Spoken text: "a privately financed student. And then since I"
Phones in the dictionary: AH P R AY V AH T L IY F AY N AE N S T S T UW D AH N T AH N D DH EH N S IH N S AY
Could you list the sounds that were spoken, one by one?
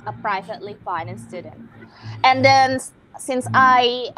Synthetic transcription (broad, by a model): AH P R AY V AH T L IY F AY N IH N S S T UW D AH N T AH N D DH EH N S IH N S AY